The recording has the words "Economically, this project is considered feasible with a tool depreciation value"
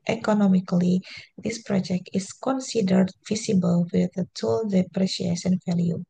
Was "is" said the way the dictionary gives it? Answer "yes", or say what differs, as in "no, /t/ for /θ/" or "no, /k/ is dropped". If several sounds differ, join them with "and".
no, /s/ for /z/